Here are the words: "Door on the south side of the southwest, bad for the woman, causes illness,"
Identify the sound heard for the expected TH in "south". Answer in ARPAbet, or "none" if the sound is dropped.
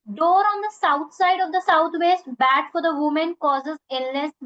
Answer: T